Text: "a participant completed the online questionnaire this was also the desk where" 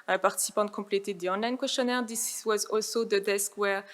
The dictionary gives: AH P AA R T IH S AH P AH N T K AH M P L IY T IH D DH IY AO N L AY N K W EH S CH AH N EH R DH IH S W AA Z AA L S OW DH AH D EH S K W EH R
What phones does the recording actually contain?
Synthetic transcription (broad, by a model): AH P AA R T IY S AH P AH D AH K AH P L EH T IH D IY AO N L AY N K W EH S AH N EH R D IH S W AA Z AA L S OW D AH D EH S K W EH R